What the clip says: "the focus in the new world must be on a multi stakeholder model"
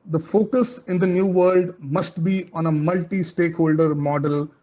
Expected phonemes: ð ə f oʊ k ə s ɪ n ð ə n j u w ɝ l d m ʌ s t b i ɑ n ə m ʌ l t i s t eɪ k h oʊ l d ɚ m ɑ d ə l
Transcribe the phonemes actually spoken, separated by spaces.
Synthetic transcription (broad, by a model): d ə f oʊ k ə s ɪ n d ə n j u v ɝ l d m ʌ s t b i ɑ n ə m ʌ l t i s t eɪ k h oʊ l d ɚ m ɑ d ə l